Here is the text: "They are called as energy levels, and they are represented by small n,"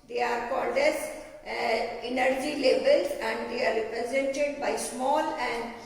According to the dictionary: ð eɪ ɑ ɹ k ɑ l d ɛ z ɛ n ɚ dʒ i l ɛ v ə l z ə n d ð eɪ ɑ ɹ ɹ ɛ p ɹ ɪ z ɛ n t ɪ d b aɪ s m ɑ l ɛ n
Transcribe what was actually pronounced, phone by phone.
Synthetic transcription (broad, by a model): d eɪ ɑ ɹ k ɑ l d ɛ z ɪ n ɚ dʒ i l ɛ b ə l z ə n d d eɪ ɑ ɹ ɹ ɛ p ɹ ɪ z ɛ n t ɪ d b aɪ s m ɑ l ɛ n